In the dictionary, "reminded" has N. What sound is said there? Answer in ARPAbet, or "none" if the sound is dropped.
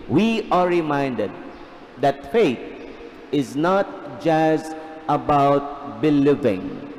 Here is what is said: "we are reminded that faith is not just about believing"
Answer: N